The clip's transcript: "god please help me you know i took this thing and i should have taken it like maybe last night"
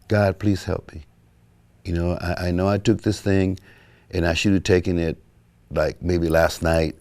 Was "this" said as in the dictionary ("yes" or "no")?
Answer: yes